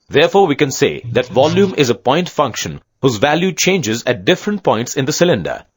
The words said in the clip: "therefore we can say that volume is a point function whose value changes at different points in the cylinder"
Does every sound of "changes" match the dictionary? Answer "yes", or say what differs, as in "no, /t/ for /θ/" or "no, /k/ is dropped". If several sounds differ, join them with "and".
yes